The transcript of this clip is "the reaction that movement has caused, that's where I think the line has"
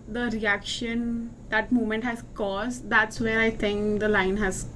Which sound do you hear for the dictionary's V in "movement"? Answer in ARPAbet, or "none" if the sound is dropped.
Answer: none